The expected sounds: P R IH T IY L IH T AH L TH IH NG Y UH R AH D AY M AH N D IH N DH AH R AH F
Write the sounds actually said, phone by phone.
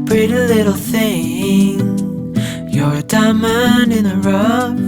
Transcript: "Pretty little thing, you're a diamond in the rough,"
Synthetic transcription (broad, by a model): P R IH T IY L IH T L TH IH NG Y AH R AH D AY M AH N IH N DH AH R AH